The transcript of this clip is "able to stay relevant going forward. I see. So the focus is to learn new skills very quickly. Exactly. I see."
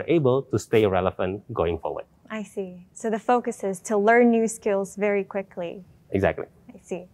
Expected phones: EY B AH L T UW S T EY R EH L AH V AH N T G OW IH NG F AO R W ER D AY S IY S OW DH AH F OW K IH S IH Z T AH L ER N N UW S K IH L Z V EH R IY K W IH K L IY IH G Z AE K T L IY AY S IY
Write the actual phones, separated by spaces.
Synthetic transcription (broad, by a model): EY B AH L T UW S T EY R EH L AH F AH N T G OW IH NG F AO R W ER D AY S IY S OW DH AH F OW K IH S IH Z T AH L ER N N UW S K IH L Z V EH R IY K W IH K L IY IH G Z AE K T L IY AY S IY